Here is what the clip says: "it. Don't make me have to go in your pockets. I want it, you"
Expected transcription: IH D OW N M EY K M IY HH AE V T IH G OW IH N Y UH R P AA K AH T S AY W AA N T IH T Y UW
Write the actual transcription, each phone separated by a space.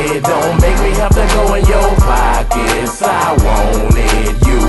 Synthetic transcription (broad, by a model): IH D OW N M EY K M IY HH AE F T IH G OW IH N Y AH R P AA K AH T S AY W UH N IH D Y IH